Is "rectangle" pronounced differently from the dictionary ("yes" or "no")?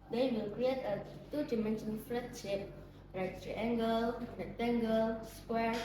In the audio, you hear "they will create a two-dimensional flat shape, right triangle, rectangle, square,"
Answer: yes